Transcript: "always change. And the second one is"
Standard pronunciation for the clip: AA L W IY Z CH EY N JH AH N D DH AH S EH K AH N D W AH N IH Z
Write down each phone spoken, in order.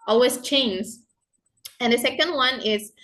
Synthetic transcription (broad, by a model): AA L W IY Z CH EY N Z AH N DH AH S EH K AH N D W AH N IH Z